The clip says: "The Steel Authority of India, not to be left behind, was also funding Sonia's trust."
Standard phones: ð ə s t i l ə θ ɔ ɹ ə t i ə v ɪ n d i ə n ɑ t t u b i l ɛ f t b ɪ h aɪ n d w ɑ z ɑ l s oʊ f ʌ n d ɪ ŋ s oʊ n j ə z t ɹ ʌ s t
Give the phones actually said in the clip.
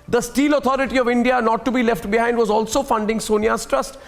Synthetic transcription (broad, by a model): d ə s t i l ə t ɔ ɹ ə t i ə v ɪ n d i ə n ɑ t t u b i l ɛ f t b ɪ h aɪ n d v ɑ z ɑ l s oʊ f ʌ n d ɪ ŋ s oʊ n j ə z t ɹ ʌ s t